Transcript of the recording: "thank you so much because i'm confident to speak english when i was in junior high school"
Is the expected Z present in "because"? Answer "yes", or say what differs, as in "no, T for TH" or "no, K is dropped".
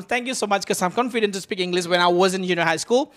no, Z is dropped